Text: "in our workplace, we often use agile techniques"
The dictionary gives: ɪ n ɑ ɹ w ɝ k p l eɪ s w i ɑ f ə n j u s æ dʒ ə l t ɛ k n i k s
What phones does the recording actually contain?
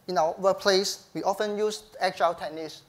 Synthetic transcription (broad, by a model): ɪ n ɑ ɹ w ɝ p l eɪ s w i ɑ f ə n j u s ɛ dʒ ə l t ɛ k n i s